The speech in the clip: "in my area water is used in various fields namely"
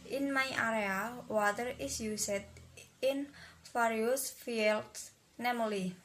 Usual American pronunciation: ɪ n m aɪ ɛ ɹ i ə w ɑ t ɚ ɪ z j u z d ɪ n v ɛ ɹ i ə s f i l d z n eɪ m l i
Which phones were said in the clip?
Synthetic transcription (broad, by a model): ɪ n m aɪ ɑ ɹ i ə w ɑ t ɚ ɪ s j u s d ɪ n f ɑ ɹ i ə s f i l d s n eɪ m l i